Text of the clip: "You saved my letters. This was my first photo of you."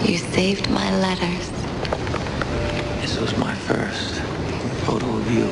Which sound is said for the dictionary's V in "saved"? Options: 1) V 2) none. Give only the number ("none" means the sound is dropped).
1